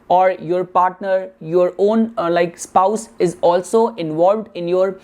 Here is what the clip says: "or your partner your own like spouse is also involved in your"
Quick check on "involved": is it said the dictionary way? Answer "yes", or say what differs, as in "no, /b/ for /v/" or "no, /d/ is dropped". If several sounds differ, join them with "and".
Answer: yes